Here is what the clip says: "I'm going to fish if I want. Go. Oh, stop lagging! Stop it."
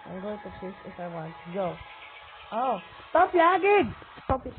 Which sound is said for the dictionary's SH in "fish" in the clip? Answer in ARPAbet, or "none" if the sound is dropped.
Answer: S